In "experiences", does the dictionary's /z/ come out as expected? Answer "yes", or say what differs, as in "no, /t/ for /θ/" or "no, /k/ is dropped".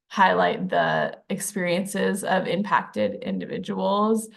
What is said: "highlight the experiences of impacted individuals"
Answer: yes